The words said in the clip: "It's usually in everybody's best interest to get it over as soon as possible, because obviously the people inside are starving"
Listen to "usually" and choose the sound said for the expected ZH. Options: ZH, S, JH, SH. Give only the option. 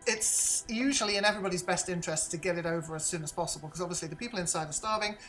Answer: ZH